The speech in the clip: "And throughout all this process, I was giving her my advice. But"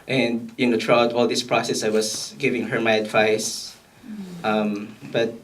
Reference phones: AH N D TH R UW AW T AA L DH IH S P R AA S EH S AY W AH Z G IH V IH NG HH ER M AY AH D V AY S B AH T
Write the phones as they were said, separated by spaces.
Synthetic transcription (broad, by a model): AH N D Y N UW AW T AA L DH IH S P R AA S EH S AY W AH S G IH V IH NG HH ER M AY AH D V AY S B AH T